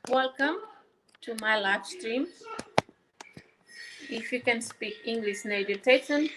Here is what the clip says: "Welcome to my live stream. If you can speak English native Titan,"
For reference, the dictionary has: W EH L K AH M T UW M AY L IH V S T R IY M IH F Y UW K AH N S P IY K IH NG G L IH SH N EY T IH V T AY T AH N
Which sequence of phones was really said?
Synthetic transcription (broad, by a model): W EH L K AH M T UW M AY L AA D S T R IY M IH F Y UW K AH N S P IY K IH NG G L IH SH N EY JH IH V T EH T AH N